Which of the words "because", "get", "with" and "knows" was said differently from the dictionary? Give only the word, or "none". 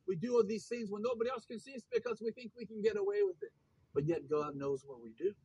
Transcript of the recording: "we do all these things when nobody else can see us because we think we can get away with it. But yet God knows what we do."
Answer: none